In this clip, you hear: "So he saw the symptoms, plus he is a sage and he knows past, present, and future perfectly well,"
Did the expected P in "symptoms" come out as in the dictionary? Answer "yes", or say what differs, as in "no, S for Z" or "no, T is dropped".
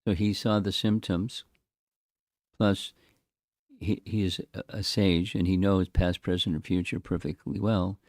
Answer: yes